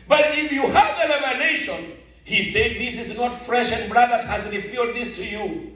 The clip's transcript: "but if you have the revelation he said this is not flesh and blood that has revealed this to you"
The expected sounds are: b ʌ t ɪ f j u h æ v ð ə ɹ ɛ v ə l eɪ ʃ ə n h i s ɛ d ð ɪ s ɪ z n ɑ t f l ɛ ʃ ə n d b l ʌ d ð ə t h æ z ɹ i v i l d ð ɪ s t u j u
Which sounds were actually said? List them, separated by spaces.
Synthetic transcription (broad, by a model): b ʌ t ɪ f j u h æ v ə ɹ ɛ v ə n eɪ ʃ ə n h i s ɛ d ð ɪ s ɪ z n ɑ t f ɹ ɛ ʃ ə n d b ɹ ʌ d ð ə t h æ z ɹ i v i d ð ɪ s t u j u